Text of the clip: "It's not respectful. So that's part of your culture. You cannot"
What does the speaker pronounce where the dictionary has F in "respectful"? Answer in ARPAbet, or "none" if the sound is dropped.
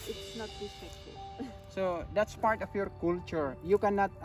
none